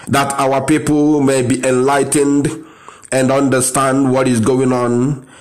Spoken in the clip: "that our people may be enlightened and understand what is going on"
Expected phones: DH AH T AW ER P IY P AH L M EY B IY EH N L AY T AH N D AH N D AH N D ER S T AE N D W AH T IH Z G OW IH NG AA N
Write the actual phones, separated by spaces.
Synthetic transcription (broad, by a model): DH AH T AW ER P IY P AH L M EY B IY EH N L AY T AH N D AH N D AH N D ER S T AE N D W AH T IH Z G OW IH NG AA N